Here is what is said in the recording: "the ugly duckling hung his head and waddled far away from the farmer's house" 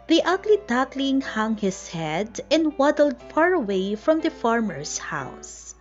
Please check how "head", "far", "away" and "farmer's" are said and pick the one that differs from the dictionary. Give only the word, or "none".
farmer's